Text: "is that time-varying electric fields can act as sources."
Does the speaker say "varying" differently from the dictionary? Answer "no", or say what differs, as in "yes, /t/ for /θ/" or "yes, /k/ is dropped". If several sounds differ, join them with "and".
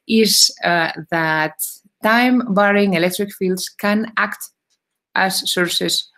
yes, /b/ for /v/